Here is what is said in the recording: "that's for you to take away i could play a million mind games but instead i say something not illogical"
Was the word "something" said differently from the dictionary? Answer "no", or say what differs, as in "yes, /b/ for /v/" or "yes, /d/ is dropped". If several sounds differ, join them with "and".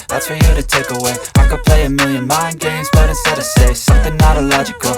no